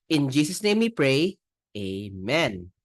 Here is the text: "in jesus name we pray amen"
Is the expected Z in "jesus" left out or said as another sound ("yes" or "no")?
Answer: yes